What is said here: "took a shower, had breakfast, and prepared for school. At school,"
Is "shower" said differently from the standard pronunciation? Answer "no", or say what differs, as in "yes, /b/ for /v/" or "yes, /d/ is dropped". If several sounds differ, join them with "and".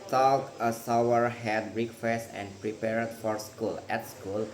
yes, /s/ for /ʃ/